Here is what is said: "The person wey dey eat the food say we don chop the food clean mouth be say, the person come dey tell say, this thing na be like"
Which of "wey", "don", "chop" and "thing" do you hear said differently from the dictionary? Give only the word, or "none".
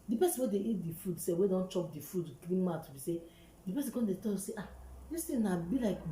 thing